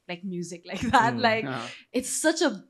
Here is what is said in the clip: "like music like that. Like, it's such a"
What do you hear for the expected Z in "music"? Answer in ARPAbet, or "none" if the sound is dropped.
Z